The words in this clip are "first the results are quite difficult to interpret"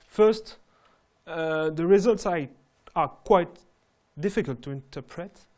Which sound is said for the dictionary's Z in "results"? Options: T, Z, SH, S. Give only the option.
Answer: Z